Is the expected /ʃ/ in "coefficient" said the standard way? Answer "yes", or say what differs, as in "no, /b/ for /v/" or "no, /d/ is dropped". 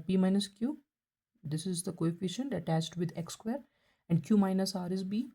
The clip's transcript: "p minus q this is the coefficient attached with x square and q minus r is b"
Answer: yes